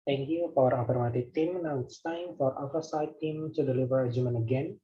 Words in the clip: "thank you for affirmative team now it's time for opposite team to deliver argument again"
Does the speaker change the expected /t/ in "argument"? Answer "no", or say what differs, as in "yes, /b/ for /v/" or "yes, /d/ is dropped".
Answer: yes, /t/ is dropped